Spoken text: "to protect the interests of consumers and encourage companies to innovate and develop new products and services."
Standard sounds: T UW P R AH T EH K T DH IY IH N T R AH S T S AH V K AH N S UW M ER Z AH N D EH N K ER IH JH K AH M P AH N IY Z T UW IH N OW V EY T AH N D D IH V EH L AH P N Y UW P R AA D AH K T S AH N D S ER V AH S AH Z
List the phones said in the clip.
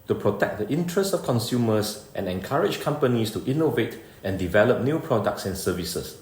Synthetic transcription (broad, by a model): T UW P R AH T EH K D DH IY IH N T R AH S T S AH F K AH N S UW M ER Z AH N EH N K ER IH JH K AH M P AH N IY S T UW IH N OW V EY T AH N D D IH V EH L AH P N Y UW P R AA D AH K T S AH N S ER V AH S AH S